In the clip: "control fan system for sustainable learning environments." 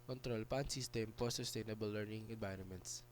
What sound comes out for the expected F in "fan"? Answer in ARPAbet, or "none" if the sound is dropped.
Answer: P